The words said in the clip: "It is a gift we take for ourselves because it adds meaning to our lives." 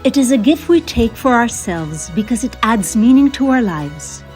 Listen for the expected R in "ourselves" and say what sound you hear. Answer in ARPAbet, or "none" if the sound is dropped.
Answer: R